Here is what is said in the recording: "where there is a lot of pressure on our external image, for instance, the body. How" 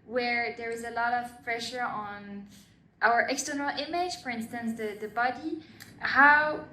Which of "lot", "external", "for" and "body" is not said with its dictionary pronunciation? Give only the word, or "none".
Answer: none